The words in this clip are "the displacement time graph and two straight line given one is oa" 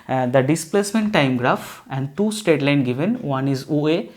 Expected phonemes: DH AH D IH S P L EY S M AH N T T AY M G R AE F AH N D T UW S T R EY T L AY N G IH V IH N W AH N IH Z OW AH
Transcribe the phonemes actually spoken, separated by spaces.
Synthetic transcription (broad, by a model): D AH D IH S P L EY S M AH N T T AY M G R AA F AH N D T UW S T EY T L AY N G IH V IH N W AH N IH Z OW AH